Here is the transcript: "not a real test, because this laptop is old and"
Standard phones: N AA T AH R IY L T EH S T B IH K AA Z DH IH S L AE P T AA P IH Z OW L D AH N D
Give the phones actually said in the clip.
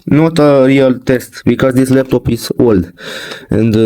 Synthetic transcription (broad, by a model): N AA T AH R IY L T EH S T B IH K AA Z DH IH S L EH F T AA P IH S OW L D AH N D